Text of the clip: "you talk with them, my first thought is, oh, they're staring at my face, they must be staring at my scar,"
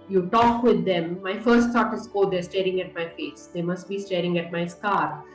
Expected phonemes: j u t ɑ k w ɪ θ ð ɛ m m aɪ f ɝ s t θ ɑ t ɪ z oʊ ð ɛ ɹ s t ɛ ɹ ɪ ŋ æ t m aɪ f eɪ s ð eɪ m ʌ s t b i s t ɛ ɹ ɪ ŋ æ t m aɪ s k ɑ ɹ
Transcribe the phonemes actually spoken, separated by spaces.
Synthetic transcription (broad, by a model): j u t ɑ k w ɪ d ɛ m m aɪ f ɝ s t s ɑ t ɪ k oʊ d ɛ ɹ s t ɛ ɹ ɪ ŋ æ t m aɪ f eɪ s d eɪ m ʌ s t b i s t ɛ ɹ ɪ ŋ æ t m aɪ s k ɑ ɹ